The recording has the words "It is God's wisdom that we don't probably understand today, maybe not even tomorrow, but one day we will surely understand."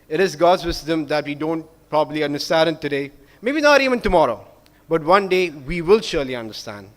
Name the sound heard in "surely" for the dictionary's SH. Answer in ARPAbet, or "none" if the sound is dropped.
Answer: SH